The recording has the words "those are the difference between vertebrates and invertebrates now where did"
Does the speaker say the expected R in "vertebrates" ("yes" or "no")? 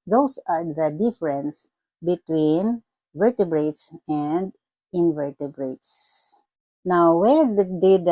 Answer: yes